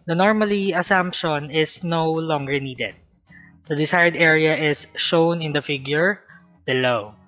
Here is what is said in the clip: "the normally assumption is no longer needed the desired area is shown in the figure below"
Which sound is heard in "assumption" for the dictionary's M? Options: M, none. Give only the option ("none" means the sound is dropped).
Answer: M